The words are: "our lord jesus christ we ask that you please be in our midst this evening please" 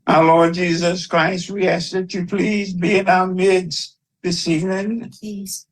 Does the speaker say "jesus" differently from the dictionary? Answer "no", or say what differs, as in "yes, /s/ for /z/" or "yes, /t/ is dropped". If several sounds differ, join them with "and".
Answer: no